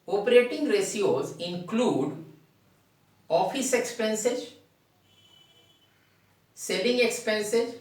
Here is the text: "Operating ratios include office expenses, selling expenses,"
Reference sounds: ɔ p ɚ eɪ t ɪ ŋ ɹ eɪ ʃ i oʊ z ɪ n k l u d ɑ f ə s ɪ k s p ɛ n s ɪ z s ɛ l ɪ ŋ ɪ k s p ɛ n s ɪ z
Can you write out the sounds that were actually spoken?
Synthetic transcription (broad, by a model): ɔ p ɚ eɪ t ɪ ŋ ɹ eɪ s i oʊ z ɪ n k l u d ɑ f ə s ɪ k s p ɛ n s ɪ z s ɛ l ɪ ŋ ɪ k s p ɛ n s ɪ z